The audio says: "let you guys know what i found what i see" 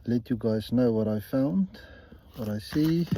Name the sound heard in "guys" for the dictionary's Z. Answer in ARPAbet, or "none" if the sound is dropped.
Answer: Z